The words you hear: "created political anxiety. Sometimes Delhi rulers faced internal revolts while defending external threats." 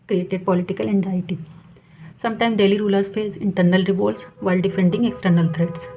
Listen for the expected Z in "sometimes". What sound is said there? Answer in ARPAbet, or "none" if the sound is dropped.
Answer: none